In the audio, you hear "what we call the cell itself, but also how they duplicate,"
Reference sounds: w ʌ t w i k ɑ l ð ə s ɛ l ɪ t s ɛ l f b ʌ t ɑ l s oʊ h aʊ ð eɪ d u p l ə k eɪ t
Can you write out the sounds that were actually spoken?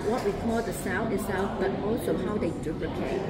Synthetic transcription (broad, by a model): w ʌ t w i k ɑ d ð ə s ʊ n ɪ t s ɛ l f b ʌ t ɑ l s oʊ h aʊ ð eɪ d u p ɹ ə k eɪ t